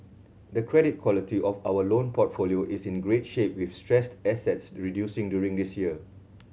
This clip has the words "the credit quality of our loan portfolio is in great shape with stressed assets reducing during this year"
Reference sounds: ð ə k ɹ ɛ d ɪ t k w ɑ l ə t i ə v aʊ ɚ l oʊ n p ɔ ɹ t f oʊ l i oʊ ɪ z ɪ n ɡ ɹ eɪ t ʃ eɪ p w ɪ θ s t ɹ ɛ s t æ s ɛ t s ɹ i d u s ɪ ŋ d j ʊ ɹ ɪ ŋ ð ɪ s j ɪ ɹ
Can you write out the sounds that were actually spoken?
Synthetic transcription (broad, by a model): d ə k ɹ ɛ d ɪ t k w ɑ l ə t i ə f aʊ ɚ l oʊ n p ɔ t f oʊ l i oʊ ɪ s ɪ n ɡ ɹ eɪ t ʃ eɪ p w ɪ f s t ɹ ɛ s t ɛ s ɛ t s ɹ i d u s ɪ ŋ d j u ɹ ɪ ŋ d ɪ s j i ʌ